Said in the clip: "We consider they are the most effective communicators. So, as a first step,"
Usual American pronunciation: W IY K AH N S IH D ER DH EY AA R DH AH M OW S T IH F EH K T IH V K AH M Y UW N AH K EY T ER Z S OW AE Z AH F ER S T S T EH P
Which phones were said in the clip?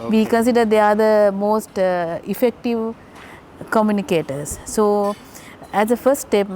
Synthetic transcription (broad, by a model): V IY K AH N S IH D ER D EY AA R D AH M OW S T IH F EH K T IH V K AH M Y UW N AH K EY T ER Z S OW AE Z AH F ER S T T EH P